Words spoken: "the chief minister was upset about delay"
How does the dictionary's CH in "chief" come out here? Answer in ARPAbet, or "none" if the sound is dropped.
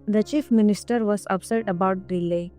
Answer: CH